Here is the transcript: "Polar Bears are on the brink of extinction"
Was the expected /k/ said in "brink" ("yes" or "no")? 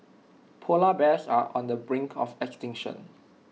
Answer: yes